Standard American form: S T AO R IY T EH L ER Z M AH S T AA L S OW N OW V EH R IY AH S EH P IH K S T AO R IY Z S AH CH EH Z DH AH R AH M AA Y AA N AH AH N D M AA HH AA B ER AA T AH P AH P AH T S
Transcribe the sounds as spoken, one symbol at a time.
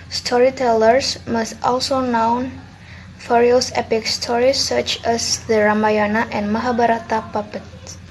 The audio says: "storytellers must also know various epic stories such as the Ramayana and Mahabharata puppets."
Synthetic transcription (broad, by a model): S T AO R IY T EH L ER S M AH S T AA L S OW N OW F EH R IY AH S EH P IH K S T AO R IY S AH CH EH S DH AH R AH M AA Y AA N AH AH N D M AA HH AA B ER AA T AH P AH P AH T